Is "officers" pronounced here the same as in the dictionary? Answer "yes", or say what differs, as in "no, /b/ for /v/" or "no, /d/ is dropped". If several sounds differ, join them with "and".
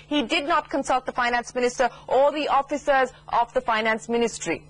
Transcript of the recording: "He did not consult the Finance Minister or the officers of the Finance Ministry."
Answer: yes